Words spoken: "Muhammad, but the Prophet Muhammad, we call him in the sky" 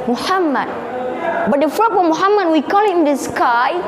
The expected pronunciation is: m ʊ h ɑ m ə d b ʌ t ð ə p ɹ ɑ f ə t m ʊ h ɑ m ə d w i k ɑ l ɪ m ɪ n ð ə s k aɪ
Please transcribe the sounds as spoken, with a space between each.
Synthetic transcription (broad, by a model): m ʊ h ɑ m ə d b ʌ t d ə f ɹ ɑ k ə m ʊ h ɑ m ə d w i k ɑ l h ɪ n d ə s k aɪ